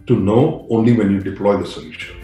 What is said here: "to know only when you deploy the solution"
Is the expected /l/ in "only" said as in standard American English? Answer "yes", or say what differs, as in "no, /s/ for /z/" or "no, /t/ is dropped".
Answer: yes